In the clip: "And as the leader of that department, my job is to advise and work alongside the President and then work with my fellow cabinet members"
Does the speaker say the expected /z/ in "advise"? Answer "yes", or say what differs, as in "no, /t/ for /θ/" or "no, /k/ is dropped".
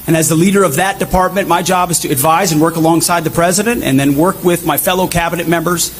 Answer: yes